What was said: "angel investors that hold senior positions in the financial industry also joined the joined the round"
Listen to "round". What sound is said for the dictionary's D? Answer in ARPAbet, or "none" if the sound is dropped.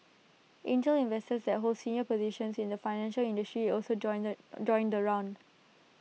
D